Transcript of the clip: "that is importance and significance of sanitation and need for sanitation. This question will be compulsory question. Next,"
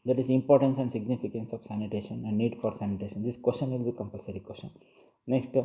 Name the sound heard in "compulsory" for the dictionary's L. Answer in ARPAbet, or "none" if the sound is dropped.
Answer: L